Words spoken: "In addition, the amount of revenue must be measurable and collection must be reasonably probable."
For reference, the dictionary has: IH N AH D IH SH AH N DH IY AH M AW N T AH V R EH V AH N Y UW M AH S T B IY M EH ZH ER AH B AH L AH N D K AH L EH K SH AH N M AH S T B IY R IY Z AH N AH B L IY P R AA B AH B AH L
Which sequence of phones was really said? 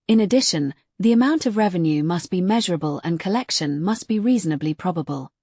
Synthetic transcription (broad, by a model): IH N AH D IH SH AH N DH IY AH M AW N T AH V R EH V AH N Y UW M AH S B IY M EH ZH ER AH B AH L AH N K AH L EH K SH AH N M AH S B IY R IY Z AH N AH B L IY P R AA B AH B AH L